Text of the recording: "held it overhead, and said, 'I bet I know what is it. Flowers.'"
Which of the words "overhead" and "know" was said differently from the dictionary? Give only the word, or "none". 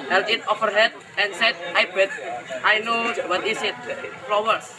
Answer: overhead